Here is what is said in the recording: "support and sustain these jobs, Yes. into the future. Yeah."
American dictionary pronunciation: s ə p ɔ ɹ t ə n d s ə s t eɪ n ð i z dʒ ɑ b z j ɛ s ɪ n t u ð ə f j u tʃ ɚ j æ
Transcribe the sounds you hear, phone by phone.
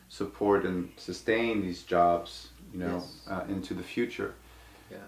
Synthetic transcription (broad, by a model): s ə p ɔ ɹ t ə n s ə s t eɪ n ð i z dʒ ɑ b z j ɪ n ɪ n t u ð ə f j u tʃ ɚ